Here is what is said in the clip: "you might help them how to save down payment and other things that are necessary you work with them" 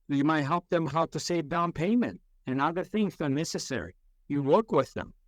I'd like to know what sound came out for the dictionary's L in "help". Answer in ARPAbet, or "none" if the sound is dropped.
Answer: L